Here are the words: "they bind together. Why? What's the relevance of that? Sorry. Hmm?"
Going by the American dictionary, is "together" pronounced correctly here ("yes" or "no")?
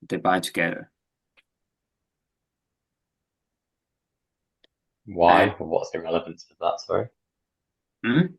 no